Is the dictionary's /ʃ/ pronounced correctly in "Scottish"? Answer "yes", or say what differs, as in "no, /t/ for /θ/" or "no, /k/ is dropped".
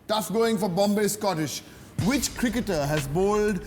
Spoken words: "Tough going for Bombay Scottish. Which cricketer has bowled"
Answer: yes